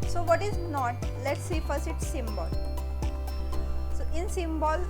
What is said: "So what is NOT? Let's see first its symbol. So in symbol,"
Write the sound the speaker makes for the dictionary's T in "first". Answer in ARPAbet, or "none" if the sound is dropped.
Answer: none